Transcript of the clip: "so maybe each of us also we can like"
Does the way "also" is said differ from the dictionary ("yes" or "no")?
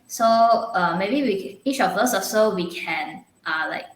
yes